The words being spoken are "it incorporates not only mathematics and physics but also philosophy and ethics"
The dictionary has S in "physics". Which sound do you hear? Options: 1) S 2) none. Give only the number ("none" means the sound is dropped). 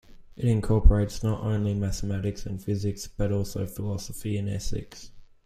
1